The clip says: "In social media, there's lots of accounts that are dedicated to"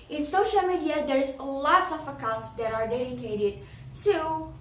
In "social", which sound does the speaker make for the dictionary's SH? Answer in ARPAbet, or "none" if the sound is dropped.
SH